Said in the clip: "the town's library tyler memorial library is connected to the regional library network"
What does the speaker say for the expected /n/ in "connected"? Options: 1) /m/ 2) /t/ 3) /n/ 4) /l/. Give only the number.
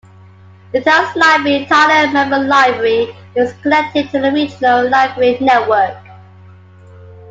4